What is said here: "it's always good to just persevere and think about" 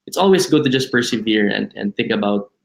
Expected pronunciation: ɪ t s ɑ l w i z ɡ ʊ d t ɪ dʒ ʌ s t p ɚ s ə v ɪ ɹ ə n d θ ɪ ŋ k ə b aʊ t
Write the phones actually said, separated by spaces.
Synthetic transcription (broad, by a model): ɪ t s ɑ l w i s ɡ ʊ t ɪ dʒ ʌ s t p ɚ s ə v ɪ ɹ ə n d θ ɪ ŋ k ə b aʊ t